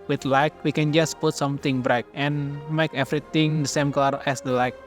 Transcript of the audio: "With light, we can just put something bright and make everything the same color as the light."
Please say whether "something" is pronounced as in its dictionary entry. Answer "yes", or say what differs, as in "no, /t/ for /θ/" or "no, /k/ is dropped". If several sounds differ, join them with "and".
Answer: no, /t/ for /θ/